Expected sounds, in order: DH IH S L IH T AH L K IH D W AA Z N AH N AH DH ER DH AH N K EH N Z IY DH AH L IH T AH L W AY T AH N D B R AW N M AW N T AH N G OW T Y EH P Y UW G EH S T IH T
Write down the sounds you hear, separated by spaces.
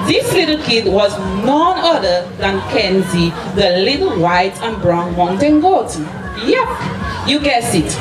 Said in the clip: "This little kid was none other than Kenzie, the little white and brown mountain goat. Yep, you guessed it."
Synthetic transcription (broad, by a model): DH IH S L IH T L K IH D W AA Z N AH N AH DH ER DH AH N K EH N Z IY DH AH L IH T L W AY T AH N B R AW N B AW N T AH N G OW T Y EH P Y UW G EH S IH T